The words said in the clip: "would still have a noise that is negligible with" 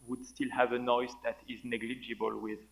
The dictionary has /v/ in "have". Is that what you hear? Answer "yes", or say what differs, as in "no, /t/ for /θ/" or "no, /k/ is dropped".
yes